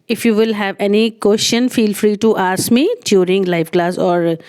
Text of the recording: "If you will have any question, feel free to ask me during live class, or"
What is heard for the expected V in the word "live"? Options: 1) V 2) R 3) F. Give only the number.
3